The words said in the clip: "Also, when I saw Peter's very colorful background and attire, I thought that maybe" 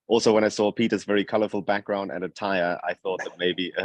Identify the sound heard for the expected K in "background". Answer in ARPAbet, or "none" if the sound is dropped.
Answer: K